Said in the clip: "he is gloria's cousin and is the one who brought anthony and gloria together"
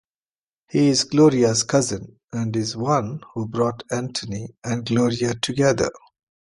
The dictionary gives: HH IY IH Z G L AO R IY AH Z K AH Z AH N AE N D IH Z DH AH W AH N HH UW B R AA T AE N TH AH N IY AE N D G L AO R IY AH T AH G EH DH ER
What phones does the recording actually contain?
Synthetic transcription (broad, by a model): HH IY IH Z G L AO R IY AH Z K AH Z AH N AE N D IH Z W AH N HH UW B R AA T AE N T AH N IY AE N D G L AO R IY AH T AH G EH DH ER